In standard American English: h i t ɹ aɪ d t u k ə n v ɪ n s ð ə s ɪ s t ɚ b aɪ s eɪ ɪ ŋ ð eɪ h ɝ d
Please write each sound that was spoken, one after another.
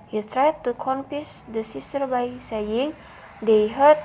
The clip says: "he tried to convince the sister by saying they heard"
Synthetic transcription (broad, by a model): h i t ɹ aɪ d t u k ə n f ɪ s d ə s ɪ s t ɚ b aɪ s eɪ ɪ ŋ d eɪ h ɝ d